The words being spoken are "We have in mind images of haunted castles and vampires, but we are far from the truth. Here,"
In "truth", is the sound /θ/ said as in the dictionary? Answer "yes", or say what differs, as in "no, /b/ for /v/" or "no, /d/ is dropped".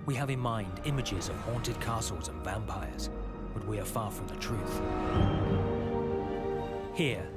yes